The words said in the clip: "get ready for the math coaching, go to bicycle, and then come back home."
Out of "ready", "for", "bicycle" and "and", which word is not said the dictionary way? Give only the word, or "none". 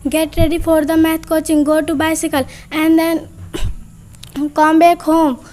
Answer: for